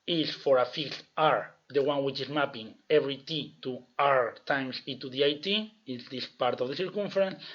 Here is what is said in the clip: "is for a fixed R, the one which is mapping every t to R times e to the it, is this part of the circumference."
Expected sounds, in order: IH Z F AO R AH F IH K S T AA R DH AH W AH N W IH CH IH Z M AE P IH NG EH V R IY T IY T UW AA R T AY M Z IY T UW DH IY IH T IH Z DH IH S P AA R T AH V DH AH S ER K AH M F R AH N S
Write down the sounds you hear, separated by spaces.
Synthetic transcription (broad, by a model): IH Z F AO R AH F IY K T AA R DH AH W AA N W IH CH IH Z M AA P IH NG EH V R IY T IY T UW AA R T AY M S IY T UW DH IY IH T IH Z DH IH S P AA R T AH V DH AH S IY K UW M F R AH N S